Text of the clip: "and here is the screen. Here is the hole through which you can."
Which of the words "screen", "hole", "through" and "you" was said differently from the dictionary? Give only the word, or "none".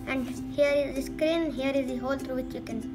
through